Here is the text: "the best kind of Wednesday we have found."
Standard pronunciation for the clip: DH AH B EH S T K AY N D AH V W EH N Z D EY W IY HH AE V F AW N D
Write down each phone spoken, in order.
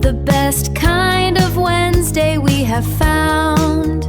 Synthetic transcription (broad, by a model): DH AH B EH S T K AY N D AH V W EH N Z D EY W IY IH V F AW N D